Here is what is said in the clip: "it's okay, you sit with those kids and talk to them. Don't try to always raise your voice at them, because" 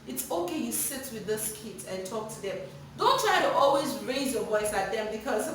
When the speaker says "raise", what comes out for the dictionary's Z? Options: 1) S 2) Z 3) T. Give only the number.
2